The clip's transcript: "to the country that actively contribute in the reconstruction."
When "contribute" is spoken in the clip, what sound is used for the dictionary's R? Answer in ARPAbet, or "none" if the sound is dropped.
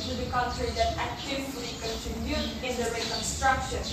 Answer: none